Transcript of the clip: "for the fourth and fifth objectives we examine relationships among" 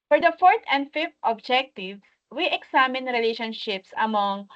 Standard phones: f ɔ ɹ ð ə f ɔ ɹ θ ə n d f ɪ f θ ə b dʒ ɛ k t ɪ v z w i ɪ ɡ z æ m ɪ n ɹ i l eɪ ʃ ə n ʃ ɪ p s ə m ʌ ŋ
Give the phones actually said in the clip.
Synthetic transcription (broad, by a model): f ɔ ɹ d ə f ɔ ɹ t ə n d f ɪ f t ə b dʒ ɛ k t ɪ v w i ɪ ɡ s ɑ m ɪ n ɹ i l eɪ ʃ ə n ʃ ɪ p s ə m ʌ ŋ